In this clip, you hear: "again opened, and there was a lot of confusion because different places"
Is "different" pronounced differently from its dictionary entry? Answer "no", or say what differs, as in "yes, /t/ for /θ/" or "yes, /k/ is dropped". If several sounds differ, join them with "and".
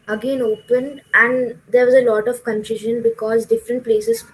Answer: no